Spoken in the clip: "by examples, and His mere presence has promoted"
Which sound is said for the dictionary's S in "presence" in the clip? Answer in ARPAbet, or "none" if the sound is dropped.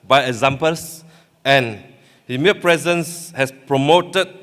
S